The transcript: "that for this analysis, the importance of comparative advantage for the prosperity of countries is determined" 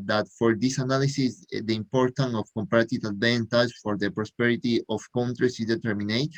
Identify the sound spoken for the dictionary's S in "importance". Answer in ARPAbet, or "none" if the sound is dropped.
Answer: none